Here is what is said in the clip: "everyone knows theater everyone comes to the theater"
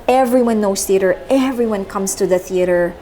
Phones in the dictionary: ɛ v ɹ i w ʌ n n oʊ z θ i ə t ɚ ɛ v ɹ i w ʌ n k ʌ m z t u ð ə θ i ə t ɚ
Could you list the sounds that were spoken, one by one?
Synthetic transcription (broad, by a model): ɛ v ɹ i w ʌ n n oʊ s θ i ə t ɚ ɛ v ɹ i w ʌ n k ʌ m s t u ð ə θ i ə t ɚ